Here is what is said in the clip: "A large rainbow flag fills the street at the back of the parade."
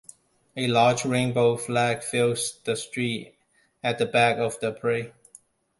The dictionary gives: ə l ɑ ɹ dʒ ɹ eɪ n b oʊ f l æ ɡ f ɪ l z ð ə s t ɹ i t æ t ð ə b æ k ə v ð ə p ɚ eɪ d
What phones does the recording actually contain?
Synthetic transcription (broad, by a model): ə l ɑ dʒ ɹ eɪ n b oʊ f l æ ɡ f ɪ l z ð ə s t ɹ i t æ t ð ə b æ k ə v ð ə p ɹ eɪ